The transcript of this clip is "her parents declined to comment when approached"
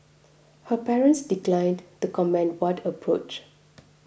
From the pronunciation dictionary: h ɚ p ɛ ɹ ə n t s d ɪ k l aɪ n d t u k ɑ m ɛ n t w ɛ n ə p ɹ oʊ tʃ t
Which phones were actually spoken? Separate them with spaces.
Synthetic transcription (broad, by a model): h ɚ p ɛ ɹ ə n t s d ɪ k l aɪ n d t u k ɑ m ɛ n w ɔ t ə p ɹ oʊ tʃ